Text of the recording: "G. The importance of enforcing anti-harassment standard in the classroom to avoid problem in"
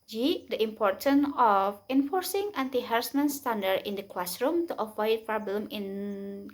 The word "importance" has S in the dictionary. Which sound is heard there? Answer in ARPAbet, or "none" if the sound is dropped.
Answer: none